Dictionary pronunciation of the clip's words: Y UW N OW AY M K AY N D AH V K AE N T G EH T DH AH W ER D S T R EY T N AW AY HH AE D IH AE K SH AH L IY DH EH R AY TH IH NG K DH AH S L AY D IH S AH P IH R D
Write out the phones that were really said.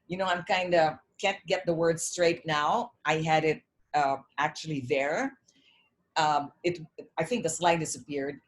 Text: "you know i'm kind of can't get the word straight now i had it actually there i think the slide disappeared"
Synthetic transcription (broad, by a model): Y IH N OW AY M K AY N D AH K AE N T G EH T DH AH W ER D S T R EY T N AW AY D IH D IH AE K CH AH L IY DH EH R AY TH IH NG K DH AH S L AY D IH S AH P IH R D